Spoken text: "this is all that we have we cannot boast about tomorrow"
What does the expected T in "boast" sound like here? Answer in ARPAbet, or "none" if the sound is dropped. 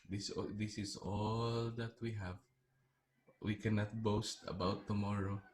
T